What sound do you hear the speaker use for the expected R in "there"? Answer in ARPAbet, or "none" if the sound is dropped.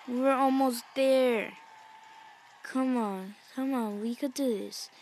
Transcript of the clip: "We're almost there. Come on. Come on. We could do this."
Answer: R